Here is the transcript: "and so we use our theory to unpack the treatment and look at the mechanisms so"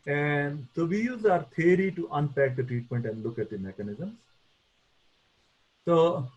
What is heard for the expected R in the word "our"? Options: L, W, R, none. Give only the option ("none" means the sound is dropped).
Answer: R